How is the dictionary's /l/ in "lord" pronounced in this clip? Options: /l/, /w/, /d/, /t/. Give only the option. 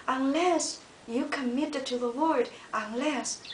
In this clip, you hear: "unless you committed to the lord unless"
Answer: /w/